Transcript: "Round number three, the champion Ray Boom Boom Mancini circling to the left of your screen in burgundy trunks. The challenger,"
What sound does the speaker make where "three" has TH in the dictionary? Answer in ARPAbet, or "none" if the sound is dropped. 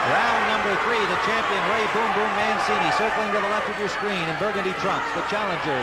TH